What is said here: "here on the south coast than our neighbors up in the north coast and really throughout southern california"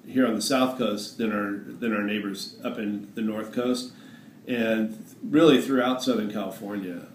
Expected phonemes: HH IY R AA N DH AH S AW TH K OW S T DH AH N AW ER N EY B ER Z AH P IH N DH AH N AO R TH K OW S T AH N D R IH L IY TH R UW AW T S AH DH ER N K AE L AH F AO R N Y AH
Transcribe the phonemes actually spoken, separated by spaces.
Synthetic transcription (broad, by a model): HH IY R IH N DH AH S AW TH K OW S T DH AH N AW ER N EY B ER Z AH P IH N DH AH N AO R TH K OW S T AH N R IH L IY TH R UW AW T S AH DH ER N K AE L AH F AO R N Y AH